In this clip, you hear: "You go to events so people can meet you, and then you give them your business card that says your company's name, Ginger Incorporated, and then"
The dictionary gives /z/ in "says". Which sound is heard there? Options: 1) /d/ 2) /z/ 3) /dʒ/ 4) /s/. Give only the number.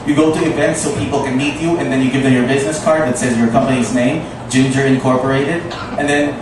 2